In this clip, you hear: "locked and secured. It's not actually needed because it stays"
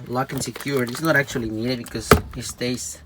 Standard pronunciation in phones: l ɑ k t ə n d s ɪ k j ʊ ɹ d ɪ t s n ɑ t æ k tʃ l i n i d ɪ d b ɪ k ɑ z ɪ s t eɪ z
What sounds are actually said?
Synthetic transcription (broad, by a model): l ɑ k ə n s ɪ k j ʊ ɹ ɪ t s n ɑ t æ k tʃ i l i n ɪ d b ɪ k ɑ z ɪ s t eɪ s